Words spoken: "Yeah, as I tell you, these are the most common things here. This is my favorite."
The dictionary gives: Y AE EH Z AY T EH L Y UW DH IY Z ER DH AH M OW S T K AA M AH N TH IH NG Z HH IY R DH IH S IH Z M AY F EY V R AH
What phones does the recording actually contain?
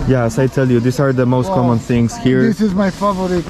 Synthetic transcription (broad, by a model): Y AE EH S AY T EH L Y UW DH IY S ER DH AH M OW S T K AA M AH N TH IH NG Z HH IY R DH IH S IH Z M AY F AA V R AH